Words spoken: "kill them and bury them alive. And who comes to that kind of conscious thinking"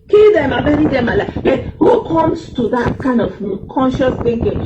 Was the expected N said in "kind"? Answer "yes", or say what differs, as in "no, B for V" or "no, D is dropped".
yes